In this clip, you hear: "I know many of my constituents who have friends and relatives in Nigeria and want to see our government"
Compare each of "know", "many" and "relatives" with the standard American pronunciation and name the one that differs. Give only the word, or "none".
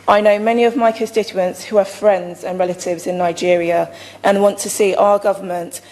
none